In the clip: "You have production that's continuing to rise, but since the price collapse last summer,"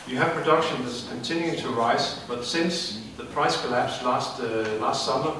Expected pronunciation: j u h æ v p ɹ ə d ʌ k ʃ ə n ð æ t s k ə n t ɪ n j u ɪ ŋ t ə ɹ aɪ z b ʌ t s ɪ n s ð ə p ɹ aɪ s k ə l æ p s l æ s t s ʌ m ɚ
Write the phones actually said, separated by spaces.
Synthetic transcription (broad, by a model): j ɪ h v p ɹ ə d ʌ k ʃ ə n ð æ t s k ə n t ɪ n j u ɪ t ə ɹ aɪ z b ʌ t s ɪ n s ð ə p ɹ aɪ s k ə l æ p s l æ s t s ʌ m ɚ